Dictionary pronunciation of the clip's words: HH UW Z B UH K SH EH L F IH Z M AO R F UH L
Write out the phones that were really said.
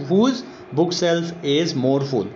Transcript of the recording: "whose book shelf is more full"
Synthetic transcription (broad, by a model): HH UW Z B UH K S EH L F IH Z M AO R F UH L